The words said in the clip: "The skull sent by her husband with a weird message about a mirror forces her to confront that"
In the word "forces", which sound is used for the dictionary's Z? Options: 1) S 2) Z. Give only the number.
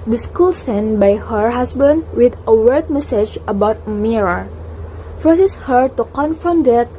1